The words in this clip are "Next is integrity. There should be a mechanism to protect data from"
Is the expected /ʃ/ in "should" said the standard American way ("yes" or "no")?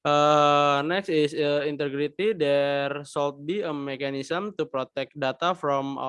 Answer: no